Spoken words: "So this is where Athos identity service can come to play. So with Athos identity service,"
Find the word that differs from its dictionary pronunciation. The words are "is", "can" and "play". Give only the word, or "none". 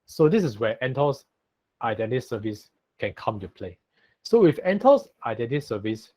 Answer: is